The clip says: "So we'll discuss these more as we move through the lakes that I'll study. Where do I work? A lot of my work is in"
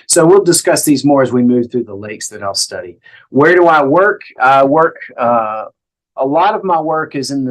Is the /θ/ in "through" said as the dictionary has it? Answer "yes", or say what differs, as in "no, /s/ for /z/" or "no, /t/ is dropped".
yes